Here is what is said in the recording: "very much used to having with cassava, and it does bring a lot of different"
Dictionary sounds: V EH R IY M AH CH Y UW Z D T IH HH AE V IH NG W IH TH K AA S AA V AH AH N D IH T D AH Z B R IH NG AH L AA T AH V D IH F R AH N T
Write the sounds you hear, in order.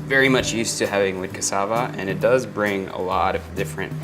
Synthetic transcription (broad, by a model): V EH R IY M AH CH Y UW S T IH HH AE V IH NG W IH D K AA S AA V AH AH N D IH T D AH Z B R IH NG AH L AA T AH V D IH F R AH N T